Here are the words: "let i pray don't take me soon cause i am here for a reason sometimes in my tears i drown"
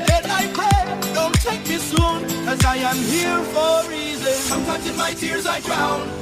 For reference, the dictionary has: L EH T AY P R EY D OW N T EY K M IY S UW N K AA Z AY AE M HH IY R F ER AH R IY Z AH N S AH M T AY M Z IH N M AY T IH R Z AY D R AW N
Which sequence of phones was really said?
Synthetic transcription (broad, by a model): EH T AY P EY D OW N T EY K M IY S UW N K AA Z AY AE M HH IY R F ER R IY Z AH N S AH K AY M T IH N M AY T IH R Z AY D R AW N